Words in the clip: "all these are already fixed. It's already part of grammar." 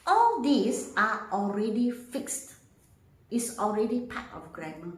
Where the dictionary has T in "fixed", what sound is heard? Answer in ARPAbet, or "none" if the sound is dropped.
T